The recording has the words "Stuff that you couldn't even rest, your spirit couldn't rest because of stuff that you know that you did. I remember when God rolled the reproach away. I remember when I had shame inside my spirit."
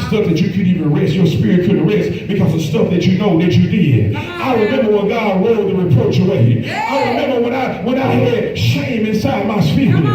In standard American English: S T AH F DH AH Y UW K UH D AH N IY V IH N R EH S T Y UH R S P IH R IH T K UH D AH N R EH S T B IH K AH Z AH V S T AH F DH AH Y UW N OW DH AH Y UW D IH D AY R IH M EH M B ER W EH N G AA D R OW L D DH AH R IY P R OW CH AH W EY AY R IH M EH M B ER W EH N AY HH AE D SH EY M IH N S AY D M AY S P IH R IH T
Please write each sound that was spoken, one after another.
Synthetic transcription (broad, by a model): S T AH F DH AH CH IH K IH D IY V IH N R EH S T Y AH R S P IH R IH T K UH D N R EH S T B IH K AH Z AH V S T AH F DH AH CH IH N OW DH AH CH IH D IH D AY R IH M EH M B ER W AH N G AA D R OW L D DH AH R IY P R OW CH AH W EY AY R IH M EH M B ER W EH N AY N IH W SH EY M IH N S AY D M AY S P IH